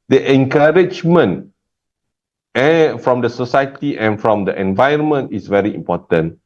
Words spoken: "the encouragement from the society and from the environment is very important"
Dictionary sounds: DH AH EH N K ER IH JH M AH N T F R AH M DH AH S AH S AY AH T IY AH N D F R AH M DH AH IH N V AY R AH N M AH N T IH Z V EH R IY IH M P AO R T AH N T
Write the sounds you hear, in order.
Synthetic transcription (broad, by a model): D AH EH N K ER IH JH M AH N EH F R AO M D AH S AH S AY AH T IY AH N F R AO M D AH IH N V AY AH N M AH N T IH S V EH R IY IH M P AO T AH N